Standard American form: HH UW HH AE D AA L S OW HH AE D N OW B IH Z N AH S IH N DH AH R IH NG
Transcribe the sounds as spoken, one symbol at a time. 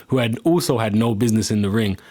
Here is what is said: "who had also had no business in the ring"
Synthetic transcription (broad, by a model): HH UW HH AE D AA L S OW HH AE D N OW B IH Z N AH S IH N DH AH R IH NG